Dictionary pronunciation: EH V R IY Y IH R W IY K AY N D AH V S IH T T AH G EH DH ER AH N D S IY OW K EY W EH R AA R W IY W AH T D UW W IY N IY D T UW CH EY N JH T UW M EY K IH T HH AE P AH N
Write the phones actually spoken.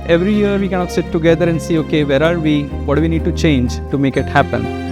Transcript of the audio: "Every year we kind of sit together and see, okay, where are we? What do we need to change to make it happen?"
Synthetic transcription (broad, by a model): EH V R IY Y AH R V IY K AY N AH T S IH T T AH G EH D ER AH N D S IY OW K EY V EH R AA R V IY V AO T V IY N IY D T UW CH EY N JH T UW M EY K IH T HH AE P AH N